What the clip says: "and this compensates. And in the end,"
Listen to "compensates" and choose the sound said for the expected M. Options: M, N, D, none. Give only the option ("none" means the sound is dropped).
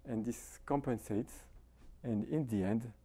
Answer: M